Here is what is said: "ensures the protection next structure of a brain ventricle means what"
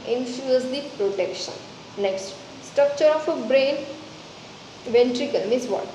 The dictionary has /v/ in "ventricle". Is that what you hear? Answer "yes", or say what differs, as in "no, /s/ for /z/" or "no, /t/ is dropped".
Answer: yes